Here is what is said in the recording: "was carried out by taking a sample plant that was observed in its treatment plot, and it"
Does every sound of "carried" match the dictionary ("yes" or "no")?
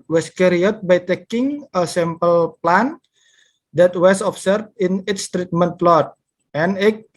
no